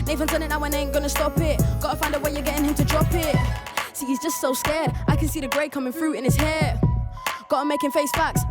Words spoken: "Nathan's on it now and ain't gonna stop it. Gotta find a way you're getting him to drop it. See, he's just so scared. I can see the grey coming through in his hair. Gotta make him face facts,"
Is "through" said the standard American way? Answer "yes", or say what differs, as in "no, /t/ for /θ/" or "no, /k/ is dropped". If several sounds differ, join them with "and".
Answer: no, /f/ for /θ/